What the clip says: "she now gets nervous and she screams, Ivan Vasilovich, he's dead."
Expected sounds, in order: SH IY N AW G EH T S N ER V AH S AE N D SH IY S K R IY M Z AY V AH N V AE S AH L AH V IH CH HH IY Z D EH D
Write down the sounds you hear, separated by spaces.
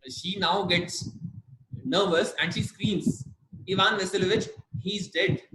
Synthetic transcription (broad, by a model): SH IY N AW G EH T S N ER V AH S AE N D SH IY S K R IY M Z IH V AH N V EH S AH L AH V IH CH HH IY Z D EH D